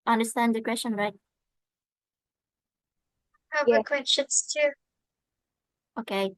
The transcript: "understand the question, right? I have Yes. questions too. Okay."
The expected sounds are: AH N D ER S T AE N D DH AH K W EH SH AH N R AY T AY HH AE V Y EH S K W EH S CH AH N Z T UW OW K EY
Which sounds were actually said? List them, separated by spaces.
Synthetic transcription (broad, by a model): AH N D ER S T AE N D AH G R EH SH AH N R AY T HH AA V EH K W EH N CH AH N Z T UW OW K EY